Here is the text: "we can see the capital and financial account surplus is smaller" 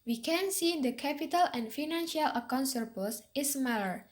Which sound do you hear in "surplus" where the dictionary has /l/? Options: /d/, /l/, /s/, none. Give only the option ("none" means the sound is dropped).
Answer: none